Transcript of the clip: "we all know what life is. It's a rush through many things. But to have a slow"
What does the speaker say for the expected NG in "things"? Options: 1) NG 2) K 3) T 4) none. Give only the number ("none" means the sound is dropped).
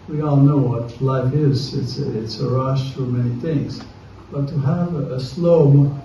1